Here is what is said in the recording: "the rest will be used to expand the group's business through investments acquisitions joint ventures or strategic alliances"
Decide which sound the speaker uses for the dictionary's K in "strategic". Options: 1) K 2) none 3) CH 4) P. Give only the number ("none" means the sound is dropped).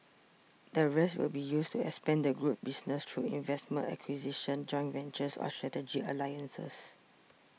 2